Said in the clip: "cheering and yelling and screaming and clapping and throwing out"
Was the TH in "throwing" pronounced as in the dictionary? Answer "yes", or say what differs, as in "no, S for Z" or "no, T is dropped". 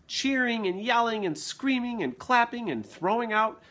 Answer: yes